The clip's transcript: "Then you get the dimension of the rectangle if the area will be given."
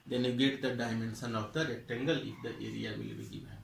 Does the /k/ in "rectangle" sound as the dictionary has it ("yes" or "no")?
no